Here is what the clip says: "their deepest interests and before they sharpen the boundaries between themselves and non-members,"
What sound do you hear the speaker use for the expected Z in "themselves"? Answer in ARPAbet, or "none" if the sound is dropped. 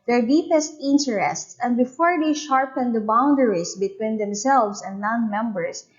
S